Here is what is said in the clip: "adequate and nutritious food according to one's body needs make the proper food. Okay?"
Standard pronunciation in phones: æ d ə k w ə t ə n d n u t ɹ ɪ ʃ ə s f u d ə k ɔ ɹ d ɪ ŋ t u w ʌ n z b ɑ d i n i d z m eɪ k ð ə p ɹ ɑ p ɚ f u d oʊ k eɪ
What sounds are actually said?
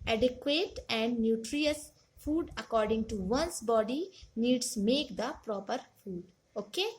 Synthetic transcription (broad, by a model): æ d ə k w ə t ə n d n u t ɹ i ə s f u d ə k ɔ ɹ d ɪ ŋ t u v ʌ n s b ɑ d i n i d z m eɪ k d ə p ɹ ɑ p ɚ f u d oʊ k eɪ